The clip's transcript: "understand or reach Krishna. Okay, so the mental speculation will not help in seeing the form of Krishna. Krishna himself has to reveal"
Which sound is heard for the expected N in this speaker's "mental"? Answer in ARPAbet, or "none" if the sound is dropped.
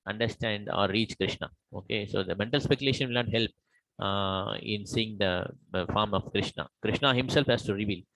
N